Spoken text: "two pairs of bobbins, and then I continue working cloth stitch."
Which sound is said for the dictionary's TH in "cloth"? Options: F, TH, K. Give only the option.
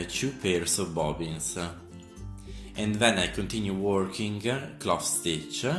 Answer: F